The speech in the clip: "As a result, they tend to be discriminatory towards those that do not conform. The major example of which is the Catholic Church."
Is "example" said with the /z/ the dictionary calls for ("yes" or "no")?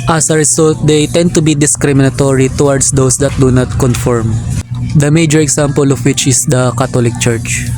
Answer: no